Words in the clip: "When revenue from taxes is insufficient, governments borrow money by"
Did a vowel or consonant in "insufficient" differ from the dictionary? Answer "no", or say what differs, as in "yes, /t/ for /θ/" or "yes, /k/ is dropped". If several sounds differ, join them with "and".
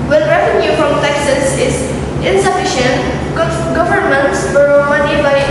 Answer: no